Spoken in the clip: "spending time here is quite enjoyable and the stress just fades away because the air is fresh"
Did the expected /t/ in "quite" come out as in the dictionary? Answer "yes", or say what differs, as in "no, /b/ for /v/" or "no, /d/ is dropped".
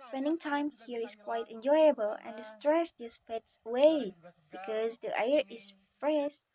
yes